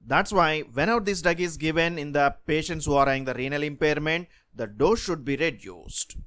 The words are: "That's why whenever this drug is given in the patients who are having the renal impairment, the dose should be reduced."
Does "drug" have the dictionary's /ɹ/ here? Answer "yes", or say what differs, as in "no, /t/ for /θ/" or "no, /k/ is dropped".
no, /ɹ/ is dropped